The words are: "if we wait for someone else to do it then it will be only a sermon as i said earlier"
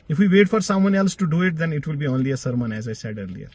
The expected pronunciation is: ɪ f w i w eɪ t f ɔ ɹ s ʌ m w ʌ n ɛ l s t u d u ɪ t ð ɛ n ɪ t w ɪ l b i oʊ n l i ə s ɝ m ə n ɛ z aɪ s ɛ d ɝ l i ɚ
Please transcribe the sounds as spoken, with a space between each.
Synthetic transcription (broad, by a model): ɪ f w i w eɪ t f ɔ ɹ s ʌ m w ʌ n ɛ l s t u d u ɪ t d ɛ n ɪ t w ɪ l b i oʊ n l i ə s ɝ m ə n ɛ z aɪ s ɛ d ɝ l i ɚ